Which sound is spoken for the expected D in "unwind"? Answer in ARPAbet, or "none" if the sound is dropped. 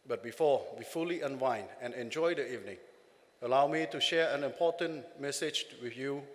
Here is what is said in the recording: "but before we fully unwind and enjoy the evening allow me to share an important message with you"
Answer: none